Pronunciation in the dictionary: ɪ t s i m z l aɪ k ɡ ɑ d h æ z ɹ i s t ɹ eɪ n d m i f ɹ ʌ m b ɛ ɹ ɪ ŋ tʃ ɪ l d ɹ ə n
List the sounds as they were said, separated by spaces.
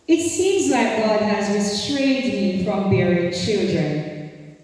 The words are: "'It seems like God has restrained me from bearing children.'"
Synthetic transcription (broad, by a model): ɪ t s i m z l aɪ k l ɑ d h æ z ɹ i s t ɹ eɪ n d m i f ɹ ʌ m b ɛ ɹ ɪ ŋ tʃ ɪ l d ɹ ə n